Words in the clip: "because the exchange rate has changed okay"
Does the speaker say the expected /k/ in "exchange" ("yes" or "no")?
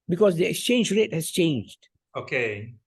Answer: yes